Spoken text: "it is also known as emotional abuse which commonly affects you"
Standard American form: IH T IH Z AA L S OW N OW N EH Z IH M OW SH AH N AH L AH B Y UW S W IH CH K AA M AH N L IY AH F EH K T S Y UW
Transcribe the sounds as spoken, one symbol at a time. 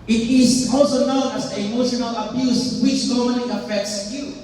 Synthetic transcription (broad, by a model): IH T IH Z AA L S OW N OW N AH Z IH M OW SH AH N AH L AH B Y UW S W IH CH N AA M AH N IY AH F EH K T S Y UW